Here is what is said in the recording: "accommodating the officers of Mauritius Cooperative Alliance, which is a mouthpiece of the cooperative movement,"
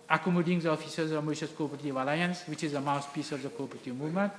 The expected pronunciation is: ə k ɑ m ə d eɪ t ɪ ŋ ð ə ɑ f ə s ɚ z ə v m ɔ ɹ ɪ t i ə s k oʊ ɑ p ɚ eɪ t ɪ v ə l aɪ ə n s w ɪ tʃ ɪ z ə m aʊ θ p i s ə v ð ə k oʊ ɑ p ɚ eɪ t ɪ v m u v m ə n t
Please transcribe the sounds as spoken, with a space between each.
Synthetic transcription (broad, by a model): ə k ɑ m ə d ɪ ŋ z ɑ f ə s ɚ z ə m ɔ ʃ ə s k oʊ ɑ p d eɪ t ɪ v ə l aɪ ə n s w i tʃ ɪ z ə m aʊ s p i s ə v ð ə k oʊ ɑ p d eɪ t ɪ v m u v m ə n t